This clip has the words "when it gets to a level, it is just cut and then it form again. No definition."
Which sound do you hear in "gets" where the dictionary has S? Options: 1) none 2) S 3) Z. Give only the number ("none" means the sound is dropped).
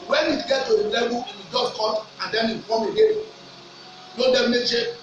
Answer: 1